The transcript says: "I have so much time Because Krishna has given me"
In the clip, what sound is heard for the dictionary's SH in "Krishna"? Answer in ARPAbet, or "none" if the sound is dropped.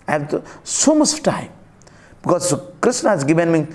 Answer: S